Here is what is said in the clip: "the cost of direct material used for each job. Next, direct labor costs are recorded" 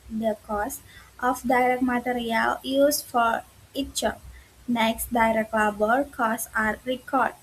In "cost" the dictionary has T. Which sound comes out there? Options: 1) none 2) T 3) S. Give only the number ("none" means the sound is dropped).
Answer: 2